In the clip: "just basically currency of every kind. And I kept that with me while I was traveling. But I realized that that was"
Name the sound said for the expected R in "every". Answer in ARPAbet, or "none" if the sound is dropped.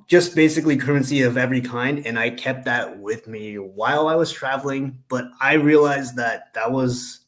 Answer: R